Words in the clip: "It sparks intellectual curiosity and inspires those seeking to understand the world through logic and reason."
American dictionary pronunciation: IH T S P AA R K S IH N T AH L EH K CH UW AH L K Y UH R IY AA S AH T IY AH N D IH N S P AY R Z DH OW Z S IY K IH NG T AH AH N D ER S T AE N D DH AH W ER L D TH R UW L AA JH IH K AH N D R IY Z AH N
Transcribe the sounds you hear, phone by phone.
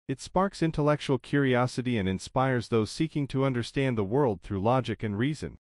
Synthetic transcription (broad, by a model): IH T S P AA R K S IH N T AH L EH K CH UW L K Y UH R IY AA S AH T IY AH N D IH N S P AY R Z DH OW Z S IY K IH NG T AH AH N D ER S T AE N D DH AH W ER L D TH R UW L AA JH IH K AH N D R IY Z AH N